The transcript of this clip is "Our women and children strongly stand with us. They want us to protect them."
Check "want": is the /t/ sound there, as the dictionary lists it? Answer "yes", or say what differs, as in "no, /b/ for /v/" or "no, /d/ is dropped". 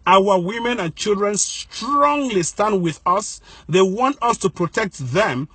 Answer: yes